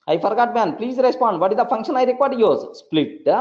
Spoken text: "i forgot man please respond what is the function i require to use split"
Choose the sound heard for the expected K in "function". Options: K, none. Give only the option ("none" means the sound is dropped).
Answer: K